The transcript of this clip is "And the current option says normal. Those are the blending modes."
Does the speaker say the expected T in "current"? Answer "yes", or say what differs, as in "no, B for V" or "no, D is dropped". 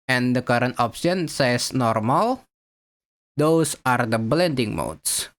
yes